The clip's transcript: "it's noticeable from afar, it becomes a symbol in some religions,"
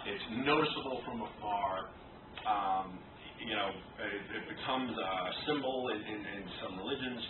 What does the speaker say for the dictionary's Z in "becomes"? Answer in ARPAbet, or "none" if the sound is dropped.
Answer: Z